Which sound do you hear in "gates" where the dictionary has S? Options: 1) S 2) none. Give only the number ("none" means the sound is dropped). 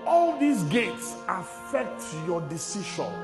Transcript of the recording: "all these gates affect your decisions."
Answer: 1